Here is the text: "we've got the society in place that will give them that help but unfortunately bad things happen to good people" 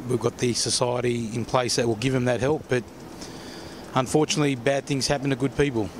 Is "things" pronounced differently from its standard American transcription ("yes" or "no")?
no